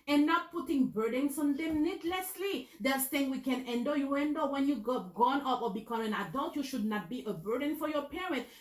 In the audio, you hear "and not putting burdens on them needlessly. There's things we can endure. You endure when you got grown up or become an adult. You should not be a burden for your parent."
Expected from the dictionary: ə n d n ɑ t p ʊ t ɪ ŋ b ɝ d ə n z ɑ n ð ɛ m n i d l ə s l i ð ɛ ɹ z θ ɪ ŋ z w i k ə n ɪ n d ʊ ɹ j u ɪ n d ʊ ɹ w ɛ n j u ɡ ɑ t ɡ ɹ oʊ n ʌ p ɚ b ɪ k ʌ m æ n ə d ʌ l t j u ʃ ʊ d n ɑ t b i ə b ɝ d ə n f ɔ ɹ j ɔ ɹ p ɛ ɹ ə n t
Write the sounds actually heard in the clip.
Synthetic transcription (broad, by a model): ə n n ɑ t p ʊ t ɪ ŋ b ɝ d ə n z ɑ n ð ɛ m n i d l ə s l i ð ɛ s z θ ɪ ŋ w i k ə n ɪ n d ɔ j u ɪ n d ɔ w ɛ n j u ɡ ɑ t ɡ oʊ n ʌ p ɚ b ɪ k ʌ m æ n ə d ʌ l t j u ʃ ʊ d n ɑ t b i ə b ɝ d ə n f ɔ ɹ j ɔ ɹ p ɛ ɹ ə n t